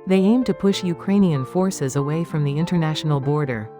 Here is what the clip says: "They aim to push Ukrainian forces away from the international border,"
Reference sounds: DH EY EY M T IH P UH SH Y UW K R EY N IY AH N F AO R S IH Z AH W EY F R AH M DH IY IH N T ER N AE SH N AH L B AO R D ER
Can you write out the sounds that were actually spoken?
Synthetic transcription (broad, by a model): DH EY EY M T IH P UH SH Y UW K R EY N IY AH N F AO R S IH Z AH W EY F R AH M DH IY IH N T ER N AE SH N L B AO R D ER